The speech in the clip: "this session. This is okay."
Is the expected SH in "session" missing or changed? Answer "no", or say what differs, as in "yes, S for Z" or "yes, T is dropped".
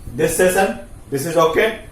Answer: yes, S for SH